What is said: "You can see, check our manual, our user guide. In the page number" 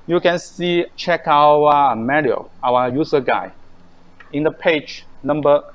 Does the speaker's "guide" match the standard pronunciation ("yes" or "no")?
no